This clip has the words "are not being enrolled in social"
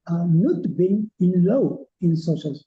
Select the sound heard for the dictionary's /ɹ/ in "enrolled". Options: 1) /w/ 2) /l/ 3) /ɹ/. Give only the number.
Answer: 2